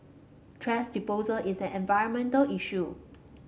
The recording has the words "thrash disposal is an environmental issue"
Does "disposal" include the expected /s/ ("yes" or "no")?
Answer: no